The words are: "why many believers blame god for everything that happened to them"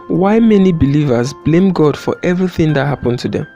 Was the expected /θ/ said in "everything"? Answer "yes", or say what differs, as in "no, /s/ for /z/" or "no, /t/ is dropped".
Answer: yes